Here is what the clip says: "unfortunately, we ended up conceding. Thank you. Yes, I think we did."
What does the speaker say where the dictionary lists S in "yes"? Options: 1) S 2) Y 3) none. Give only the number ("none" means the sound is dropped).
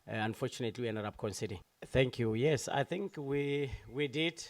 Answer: 1